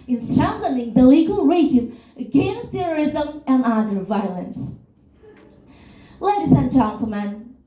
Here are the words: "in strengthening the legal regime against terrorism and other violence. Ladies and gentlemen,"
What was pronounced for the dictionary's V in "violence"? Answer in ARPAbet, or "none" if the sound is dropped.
V